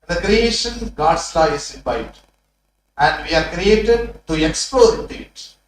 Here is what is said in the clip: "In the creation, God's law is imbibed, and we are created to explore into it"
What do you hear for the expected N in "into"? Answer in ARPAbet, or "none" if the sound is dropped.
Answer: none